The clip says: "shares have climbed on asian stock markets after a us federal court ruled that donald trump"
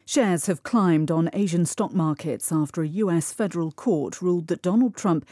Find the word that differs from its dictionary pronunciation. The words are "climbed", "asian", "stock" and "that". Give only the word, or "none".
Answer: none